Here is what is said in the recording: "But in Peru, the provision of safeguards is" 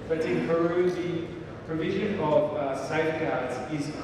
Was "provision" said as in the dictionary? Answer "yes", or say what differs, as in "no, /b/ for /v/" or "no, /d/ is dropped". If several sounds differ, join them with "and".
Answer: yes